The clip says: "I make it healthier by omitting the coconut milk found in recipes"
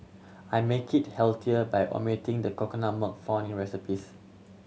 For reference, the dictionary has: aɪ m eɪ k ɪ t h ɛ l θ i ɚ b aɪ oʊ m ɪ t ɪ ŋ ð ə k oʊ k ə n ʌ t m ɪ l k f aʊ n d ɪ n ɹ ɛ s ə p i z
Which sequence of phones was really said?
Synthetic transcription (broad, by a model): aɪ m eɪ k ɪ t h ɛ l t i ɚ b aɪ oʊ m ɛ t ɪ ŋ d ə k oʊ k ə n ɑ m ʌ k f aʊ n ɪ n ɹ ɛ s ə p i s